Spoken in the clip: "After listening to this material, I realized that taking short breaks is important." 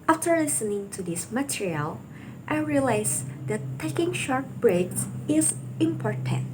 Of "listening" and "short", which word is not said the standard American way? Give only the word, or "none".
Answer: none